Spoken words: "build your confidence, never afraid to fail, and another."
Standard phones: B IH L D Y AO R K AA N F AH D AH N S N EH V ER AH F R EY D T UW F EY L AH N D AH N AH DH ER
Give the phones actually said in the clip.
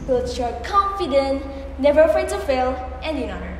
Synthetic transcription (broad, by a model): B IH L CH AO K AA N F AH D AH N N EH V ER AH F R EY D T UW F EY L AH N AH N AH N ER